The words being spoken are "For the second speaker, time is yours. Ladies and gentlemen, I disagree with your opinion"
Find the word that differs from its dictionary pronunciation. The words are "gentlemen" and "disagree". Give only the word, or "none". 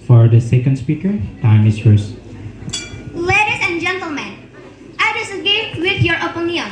disagree